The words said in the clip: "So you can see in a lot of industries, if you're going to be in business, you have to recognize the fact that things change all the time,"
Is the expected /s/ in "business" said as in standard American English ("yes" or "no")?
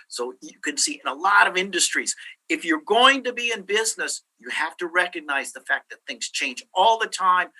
yes